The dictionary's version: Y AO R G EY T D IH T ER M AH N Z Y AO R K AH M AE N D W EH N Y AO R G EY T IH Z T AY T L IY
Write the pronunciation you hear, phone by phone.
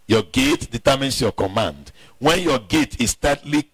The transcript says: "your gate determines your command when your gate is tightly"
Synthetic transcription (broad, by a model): Y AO G EY T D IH T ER M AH N S Y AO K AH M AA N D W EH N Y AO G EY T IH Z T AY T L IY